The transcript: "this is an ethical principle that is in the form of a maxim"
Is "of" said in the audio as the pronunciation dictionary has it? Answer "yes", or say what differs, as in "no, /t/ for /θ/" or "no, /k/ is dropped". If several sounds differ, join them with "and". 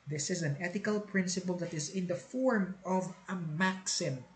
yes